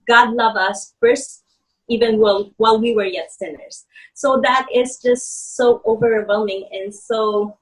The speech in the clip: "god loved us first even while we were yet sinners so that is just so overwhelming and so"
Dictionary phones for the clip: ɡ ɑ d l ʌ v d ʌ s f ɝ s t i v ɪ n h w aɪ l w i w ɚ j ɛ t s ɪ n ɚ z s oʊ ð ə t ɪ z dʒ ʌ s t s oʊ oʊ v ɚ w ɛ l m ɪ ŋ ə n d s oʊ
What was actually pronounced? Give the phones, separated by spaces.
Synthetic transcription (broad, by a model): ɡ ɑ d l ʌ v ʌ s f ɝ s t i v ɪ n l w aɪ l w i w ɚ j ɛ t s ɪ n ɚ z s oʊ ð ə t ɪ z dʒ ʌ s t s oʊ oʊ v ɚ w ɛ l m ɪ ŋ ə n s oʊ